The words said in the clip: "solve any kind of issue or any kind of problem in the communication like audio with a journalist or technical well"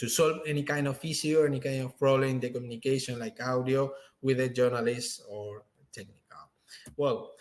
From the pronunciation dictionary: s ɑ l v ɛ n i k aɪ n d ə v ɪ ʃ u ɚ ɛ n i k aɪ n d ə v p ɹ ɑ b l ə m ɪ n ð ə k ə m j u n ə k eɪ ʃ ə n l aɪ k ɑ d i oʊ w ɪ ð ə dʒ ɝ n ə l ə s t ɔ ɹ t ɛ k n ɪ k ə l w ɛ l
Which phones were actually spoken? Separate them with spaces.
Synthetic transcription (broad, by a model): s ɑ l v ɛ n i k aɪ n d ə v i s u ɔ ɛ n i k aɪ n d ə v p ɹ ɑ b l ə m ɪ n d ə k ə m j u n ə k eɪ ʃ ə n l aɪ k ɑ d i oʊ w ɪ ð ə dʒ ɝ n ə l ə s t ɔ ɹ t ɛ k n ɪ k ə l w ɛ l